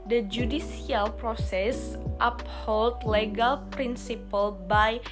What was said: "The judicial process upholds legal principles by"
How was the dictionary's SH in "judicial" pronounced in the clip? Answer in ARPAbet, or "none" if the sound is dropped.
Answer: S